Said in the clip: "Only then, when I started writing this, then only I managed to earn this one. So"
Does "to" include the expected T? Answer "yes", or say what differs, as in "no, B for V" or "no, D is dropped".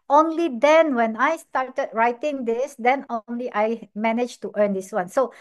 yes